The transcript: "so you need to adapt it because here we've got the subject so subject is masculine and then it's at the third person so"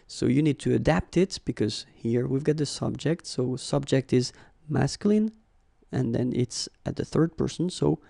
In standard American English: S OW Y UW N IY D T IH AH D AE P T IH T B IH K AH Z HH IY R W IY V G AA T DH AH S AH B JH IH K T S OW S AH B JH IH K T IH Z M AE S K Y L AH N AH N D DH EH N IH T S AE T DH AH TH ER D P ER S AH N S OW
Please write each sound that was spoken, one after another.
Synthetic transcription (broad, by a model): S OW Y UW N IY D T IH AH D AE P T IH T B IH K AH Z HH IY R W IY V G AA T DH AH S AH B JH IH K T S OW S AH B JH IH K T IH Z M AE S K Y L AH N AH N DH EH N IH T S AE T DH AH TH ER D P ER S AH N S OW